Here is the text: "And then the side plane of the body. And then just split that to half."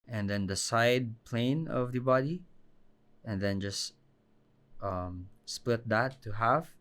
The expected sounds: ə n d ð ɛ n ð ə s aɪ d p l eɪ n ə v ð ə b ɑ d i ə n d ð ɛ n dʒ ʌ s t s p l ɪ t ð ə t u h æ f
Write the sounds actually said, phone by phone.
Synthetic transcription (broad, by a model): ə n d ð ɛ n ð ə s aɪ d p l eɪ n ə v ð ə b ɑ d i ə n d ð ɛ n dʒ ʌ s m s p l ɪ t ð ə t u h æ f